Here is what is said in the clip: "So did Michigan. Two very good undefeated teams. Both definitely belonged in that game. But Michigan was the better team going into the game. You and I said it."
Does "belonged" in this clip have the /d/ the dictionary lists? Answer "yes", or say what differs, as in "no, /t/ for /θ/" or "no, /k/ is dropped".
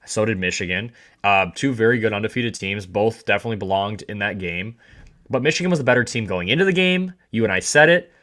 yes